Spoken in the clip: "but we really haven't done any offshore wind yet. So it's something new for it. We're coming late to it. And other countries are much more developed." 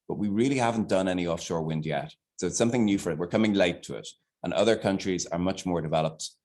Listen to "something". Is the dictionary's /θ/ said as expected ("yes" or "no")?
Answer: yes